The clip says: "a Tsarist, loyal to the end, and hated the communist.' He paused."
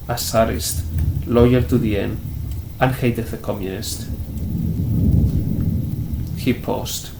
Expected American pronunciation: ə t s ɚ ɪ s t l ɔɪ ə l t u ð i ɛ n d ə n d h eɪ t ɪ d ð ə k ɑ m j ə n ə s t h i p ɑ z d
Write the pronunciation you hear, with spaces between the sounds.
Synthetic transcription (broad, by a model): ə s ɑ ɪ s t l ɔɪ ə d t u ð i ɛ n ə n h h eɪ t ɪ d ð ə k ɑ m j ə n ə s t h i p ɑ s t